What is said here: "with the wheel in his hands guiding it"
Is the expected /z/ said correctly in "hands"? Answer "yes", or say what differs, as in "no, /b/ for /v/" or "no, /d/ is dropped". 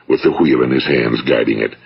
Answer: yes